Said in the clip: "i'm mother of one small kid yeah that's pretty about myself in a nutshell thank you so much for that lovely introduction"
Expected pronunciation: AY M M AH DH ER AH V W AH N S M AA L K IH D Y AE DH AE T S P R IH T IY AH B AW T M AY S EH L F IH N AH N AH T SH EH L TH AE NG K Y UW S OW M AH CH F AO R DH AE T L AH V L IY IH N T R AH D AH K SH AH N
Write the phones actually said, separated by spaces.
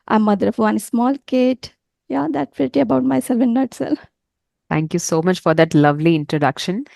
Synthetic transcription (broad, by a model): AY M M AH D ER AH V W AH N S M AA L K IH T Y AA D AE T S P R IH T IY AH B AW T M AY S EH L F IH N N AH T S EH L T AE NG K Y UW S OW M AH CH F AO R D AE T L AH V L IY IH N T R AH D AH K SH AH N